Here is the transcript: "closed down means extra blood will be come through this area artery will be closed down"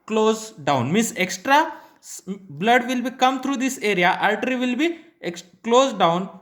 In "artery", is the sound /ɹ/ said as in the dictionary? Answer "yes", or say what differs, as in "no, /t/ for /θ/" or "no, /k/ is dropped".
no, /l/ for /ɹ/